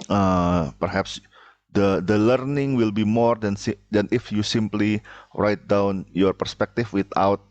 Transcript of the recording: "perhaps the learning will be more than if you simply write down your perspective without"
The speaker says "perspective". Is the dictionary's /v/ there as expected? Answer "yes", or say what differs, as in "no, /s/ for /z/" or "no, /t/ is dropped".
no, /f/ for /v/